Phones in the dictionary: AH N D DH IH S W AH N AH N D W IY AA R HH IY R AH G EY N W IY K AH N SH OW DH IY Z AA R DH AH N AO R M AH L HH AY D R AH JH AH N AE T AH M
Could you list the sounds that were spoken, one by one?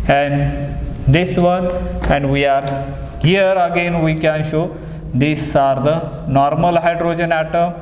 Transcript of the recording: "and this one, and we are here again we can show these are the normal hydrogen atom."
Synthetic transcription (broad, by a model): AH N D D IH S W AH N AH N D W IY AA R HH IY R AH G EY N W IY K AH N SH OW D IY S AA R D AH N AO R M AH L HH AY D R AH JH AH N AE T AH M